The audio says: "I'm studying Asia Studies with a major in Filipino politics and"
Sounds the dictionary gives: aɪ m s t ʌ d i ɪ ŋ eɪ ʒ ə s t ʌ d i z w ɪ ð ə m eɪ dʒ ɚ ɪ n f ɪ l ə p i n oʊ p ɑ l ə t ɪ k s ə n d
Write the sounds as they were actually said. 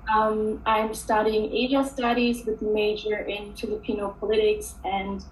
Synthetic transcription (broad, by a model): aɪ m s t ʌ d i ɪ ŋ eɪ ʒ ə s t ʌ d i z w ɪ ð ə m eɪ dʒ ɚ ɪ n f ɪ l ə p i n oʊ p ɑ l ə t ɪ k s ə n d